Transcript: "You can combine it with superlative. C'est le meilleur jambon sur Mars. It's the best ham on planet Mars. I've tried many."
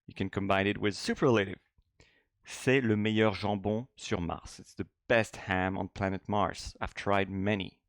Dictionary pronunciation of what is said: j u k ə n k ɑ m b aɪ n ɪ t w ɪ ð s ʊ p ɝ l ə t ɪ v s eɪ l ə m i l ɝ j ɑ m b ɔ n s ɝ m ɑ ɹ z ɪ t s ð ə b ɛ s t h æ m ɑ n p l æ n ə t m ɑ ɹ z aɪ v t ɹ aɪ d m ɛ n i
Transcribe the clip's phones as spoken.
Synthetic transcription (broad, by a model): j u k ə n k ɑ m b aɪ n ɪ t w ɪ ð s ʊ p ɝ l ə t ɪ v s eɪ l ə m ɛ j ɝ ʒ ɑ b ɔ s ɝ m ɑ ɹ s ɪ t s ð ə b ɛ s t h æ m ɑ n p l æ n ə t m ɑ ɹ s aɪ v t ɹ aɪ d m ɛ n i